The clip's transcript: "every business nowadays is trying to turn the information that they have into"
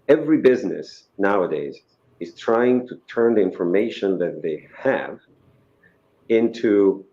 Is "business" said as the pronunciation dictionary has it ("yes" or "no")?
yes